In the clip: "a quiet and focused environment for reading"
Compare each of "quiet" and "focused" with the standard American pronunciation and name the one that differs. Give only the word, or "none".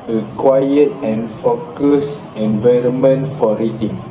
focused